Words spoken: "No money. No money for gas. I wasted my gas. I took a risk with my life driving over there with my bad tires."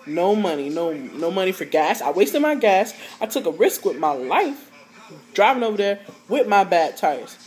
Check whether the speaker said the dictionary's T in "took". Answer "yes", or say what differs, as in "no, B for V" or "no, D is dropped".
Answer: yes